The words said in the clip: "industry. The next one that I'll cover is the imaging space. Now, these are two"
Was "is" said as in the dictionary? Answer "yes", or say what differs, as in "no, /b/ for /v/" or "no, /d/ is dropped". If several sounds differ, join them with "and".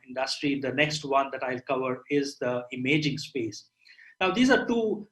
yes